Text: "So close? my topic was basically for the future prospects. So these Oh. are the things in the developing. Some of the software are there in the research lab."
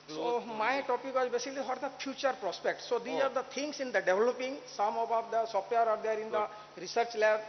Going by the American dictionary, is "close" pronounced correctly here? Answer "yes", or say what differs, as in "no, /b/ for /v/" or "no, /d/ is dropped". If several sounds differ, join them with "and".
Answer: no, /s/ is dropped